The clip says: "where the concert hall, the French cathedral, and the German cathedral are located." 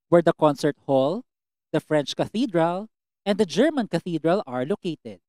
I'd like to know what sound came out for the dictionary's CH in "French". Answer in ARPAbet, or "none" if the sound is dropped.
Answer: CH